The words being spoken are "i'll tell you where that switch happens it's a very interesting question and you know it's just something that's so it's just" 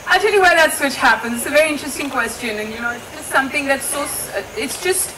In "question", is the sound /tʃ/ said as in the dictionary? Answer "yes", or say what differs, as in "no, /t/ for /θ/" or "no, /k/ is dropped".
yes